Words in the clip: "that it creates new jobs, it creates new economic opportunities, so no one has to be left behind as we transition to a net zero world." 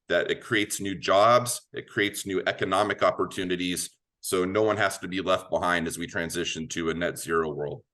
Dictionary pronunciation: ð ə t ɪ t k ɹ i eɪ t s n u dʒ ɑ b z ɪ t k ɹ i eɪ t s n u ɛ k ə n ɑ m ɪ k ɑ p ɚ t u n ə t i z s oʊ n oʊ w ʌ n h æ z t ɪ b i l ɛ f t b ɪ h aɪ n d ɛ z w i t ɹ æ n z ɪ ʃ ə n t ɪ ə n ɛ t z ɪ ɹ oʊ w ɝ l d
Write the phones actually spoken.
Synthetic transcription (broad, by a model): ð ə t ɪ t k ɹ i eɪ t s n u dʒ ɑ b z ɪ t k ɹ i eɪ t s n u ɛ k ə n ɑ m ɪ k ɑ p ɚ t u n ə t i z s oʊ n oʊ w ʌ n h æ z t ɪ b i l ɛ f t b ɪ h aɪ n d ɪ z w i t ɹ æ n z ɪ ʃ ə n t ɪ ə n ɛ t z ɪ ɹ oʊ w ɝ l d